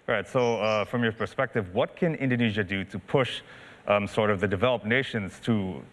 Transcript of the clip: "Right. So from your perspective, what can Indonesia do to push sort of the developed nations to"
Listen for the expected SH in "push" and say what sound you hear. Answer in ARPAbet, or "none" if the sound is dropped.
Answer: SH